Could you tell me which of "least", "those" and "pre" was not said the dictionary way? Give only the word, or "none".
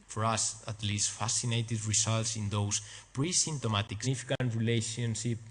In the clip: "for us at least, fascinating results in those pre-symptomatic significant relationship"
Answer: those